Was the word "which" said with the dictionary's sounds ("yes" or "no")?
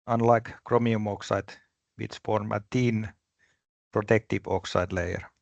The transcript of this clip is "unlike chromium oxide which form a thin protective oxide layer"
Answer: no